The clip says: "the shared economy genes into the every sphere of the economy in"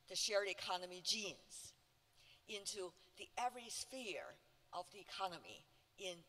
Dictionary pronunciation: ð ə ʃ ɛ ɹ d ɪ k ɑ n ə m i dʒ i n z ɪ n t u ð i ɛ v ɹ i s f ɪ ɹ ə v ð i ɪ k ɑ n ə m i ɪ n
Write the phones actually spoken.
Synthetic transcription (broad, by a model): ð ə ʃ ɛ ɹ d ɪ k ɑ n ə m i dʒ i n z ɪ n t u ð i ɛ v ɹ i s f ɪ ɹ ə v ð i ɪ k ɑ n ə m i ɪ n